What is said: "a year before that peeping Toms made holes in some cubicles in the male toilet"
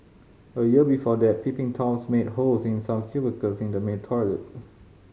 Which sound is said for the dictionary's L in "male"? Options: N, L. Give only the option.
N